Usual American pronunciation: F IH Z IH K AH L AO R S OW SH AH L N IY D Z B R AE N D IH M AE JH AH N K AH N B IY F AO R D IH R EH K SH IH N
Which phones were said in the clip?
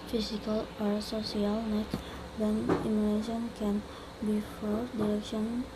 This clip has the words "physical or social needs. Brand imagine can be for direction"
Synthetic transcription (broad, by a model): F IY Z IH K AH L AO R S OW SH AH L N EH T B EH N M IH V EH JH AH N K AH N B IY F AO R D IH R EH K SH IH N